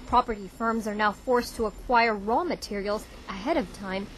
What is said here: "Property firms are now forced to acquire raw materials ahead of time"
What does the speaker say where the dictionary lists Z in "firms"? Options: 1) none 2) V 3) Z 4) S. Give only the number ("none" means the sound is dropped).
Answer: 3